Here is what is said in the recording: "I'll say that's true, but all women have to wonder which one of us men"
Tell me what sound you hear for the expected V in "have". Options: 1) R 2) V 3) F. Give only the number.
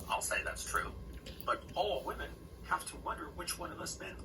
3